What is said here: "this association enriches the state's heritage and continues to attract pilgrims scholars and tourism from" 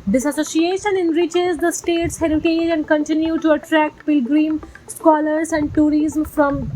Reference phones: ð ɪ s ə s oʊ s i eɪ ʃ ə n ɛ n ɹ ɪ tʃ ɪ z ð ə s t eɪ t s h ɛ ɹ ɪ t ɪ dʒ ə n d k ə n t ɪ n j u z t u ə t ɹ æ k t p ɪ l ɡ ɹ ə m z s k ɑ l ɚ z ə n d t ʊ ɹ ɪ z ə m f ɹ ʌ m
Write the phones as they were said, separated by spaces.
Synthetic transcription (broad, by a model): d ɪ s ə s oʊ s i eɪ ʃ ə n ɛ n ɹ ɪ tʃ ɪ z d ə s t eɪ t s h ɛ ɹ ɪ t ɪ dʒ ə n d k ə n t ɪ n j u t u ə t ɹ æ k t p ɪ l ɡ ɹ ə m s k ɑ l ɚ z ə n d t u ɹ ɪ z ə m f ɹ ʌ m